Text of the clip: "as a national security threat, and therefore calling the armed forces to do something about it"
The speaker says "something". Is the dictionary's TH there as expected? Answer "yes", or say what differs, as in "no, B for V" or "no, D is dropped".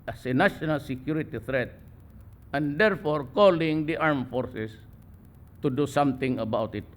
no, T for TH